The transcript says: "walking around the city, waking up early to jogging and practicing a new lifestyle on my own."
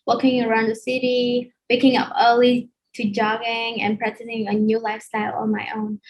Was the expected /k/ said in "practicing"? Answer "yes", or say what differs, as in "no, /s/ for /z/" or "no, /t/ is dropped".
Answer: no, /k/ is dropped